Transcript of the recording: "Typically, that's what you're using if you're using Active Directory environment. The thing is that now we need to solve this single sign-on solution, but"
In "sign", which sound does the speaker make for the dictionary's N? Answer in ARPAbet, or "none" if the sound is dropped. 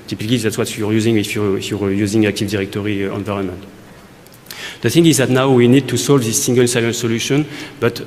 L